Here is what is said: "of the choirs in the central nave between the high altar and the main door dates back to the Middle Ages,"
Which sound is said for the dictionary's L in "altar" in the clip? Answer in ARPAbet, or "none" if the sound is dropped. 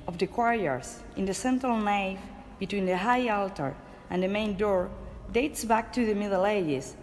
L